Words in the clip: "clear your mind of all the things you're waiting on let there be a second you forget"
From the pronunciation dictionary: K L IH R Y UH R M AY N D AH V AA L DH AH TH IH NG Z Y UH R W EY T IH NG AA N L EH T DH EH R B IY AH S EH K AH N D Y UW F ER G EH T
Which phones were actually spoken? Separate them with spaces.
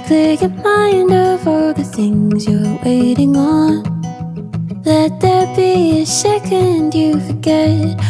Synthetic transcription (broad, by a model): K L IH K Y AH M AY N D AH V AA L DH AH TH IH NG Z Y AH R W EY T IH NG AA N L EH T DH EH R B IY AH SH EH K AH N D Y UW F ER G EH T